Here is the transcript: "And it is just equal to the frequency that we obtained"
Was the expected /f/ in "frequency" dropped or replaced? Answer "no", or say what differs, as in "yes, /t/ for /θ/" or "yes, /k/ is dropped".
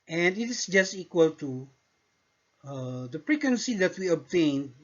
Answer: yes, /p/ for /f/